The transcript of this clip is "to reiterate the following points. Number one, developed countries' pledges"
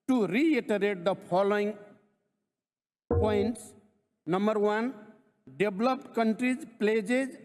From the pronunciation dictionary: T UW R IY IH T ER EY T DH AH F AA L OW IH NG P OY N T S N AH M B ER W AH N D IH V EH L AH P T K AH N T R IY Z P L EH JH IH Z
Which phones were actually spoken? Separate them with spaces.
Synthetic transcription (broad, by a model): T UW R IY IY T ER EY T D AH P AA L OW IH NG P OY N T S N AH M B ER W AH N D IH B L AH P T K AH N T R IY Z P L EH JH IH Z